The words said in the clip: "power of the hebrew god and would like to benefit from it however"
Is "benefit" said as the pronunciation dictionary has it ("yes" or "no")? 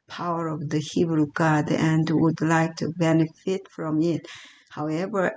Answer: yes